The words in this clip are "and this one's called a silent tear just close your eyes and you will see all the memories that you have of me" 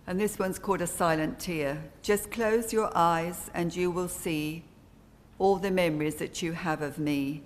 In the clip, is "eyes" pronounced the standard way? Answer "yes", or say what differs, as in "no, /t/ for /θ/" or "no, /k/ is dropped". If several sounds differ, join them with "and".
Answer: yes